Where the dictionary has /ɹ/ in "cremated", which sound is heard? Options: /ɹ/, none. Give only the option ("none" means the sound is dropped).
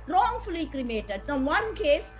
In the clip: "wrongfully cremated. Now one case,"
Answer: /ɹ/